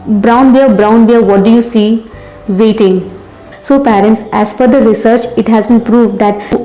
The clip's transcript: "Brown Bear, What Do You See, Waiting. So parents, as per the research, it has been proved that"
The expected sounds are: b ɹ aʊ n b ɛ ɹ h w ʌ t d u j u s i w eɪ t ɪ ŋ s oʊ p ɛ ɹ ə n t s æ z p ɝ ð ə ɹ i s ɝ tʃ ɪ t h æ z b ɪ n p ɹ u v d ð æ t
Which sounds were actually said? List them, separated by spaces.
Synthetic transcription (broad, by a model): b ɹ aʊ n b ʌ ɹ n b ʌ t d u j u s i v eɪ t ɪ ŋ s oʊ p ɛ ɹ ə n t s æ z f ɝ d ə ɹ i s ɝ tʃ ɪ t h æ z b ɪ n p ɹ u v d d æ t